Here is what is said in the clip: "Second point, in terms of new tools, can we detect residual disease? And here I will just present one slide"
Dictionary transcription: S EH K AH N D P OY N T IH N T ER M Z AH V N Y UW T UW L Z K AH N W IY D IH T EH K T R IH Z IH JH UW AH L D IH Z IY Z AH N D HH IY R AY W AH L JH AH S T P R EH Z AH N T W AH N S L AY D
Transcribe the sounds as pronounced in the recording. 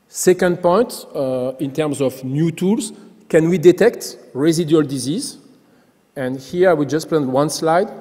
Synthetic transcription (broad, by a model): S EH K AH N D P OY N T IH N T ER M Z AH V N Y UW T UW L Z K AH N W IY D IH T EH K T R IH Z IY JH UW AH L D IH Z IY Z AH N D HH IY R AY W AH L JH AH S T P L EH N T W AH N S L AY D